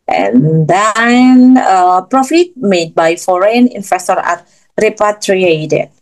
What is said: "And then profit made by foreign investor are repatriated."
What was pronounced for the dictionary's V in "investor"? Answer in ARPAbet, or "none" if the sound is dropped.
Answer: F